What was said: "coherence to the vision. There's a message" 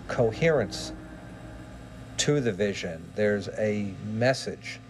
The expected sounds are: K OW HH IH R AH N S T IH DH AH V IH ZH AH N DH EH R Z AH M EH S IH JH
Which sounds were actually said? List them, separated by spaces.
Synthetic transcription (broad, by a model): K OW HH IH R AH N S T IH DH AH V IH ZH AH N DH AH R Z AH M EH S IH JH